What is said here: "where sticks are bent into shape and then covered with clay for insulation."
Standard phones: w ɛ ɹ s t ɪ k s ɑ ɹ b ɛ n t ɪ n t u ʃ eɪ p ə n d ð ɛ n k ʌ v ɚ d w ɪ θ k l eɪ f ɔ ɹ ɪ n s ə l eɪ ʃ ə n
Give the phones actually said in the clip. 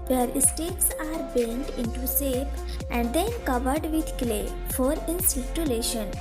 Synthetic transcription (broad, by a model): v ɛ ɹ s t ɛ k s ɑ ɹ b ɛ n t ɪ n t u s eɪ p ə n d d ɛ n k ʌ v ɚ d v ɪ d k l eɪ f ɔ ɹ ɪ n s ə l eɪ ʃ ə n